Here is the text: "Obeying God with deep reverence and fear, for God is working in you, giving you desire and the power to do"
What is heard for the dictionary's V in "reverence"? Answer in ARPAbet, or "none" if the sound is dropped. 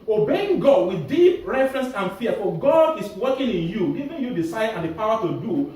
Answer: F